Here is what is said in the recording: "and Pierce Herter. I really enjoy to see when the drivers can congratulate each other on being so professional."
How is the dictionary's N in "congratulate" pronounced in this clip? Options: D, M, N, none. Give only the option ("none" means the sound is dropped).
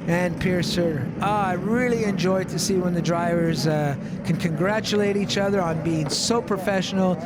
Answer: N